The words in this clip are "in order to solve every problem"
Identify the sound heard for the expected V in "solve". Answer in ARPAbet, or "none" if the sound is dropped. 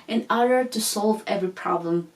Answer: V